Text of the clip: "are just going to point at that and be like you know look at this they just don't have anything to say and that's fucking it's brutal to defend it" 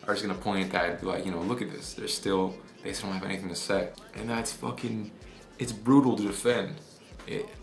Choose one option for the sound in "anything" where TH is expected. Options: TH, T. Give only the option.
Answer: TH